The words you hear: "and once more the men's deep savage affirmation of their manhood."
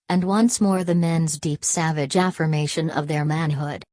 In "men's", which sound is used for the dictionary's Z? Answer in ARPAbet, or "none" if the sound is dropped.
Z